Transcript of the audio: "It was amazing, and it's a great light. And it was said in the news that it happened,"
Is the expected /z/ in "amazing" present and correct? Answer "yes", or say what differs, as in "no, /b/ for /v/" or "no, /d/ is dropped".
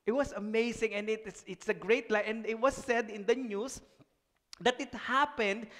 no, /s/ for /z/